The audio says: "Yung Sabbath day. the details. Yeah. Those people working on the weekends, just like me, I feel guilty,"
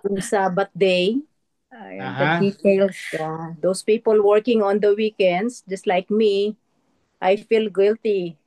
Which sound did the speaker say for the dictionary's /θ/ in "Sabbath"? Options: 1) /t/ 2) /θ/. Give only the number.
1